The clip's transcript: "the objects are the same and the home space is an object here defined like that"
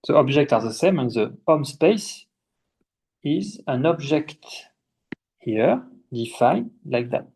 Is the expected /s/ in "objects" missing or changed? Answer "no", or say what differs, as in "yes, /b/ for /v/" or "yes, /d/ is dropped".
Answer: yes, /s/ is dropped